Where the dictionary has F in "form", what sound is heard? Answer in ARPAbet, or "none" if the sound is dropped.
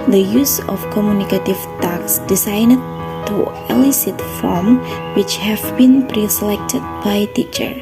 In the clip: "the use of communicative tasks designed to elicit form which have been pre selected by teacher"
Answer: F